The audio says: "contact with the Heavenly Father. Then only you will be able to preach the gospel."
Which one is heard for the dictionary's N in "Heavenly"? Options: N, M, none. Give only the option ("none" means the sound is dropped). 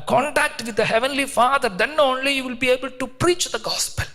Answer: N